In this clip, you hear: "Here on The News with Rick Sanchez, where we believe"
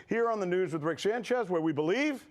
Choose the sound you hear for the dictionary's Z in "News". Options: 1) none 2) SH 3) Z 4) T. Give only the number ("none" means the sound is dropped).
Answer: 3